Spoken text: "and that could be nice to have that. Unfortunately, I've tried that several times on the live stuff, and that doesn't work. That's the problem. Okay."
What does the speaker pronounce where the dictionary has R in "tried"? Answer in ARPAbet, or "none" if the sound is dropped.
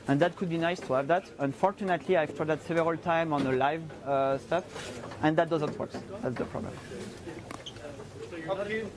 none